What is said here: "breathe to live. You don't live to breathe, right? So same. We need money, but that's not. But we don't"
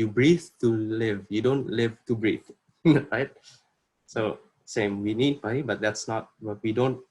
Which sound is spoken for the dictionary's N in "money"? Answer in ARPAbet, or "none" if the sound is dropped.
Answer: none